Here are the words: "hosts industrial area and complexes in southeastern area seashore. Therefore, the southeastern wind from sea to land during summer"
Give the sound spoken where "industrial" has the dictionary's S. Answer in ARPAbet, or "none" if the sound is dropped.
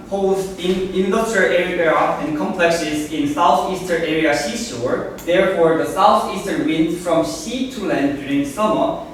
none